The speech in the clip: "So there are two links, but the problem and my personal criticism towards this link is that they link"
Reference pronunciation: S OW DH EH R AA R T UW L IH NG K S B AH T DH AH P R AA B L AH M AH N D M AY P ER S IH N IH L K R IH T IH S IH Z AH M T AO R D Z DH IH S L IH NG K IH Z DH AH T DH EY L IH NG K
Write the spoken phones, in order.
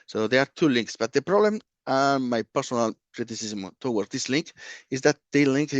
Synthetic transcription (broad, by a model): S OW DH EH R AA R T UW L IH NG K S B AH T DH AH P R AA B L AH M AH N M AY P ER S IH N IH L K R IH T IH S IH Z M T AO W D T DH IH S L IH NG K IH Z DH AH T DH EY L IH NG K